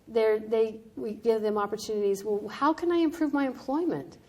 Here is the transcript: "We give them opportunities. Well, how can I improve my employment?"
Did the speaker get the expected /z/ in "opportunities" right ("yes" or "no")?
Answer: yes